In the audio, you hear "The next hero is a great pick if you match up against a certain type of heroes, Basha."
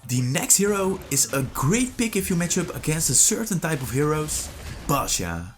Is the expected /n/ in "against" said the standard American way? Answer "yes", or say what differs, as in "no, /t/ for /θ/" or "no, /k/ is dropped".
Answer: yes